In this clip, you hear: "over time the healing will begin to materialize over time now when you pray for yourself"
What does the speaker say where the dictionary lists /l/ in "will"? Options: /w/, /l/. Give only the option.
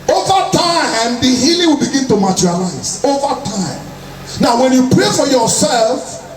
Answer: /l/